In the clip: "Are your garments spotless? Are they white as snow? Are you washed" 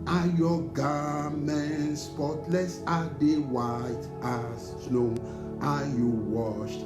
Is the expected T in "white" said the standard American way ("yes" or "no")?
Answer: yes